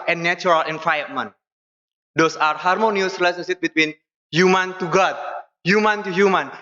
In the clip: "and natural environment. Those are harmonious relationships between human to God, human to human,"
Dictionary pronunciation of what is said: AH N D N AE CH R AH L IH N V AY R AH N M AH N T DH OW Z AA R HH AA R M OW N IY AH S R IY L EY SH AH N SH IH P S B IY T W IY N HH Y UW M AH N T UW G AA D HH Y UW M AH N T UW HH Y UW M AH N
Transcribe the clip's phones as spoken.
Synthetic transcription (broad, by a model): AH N N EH CH R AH L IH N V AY AH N M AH N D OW S AA R HH AA R M OW N IY AH S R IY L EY S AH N S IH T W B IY T W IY N HH Y UW M AH N T UW G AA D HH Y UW M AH N T UW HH Y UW M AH N